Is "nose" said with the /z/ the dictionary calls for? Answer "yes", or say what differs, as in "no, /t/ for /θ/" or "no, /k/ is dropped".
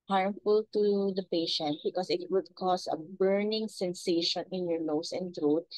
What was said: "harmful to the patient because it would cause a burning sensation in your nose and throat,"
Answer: no, /s/ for /z/